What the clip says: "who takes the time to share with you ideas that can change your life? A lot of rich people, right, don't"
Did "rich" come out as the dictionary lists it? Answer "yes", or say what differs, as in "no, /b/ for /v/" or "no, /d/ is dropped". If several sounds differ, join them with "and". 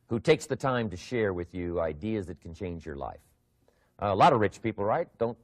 yes